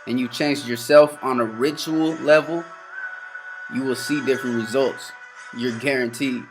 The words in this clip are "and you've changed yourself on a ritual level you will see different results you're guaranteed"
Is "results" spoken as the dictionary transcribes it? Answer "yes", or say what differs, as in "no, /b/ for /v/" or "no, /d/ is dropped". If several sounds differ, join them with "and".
yes